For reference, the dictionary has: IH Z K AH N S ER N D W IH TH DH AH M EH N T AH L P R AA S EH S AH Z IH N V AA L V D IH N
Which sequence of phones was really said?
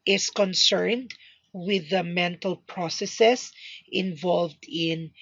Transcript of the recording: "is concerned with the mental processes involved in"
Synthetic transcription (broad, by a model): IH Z K AH N S ER N D W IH DH AH M EH N T AH L P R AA S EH S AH S IH N V AA L V D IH N